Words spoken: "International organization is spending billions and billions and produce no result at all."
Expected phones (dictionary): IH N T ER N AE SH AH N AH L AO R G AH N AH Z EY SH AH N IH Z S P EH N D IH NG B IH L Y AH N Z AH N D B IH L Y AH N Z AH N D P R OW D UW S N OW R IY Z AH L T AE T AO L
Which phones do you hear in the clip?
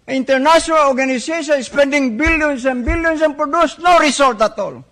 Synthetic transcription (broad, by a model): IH N T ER N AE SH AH N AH L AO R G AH N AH S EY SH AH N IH S P EH N D IH NG B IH L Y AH N S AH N B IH L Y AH N S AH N P R OW D UW S N OW R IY S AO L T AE T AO L